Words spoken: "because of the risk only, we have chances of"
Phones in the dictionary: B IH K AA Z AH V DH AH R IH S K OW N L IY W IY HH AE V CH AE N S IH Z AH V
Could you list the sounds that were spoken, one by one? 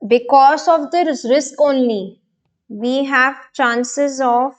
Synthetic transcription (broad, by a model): B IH K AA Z AH V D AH R IH S K OW N L IY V IY HH AE V CH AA N S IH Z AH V